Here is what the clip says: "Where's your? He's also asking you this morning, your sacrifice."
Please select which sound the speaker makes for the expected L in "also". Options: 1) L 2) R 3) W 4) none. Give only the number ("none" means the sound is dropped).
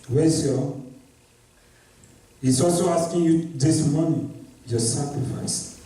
1